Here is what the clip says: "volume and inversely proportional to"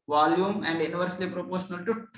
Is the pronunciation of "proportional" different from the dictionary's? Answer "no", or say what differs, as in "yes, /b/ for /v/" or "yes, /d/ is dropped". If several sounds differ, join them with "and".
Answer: no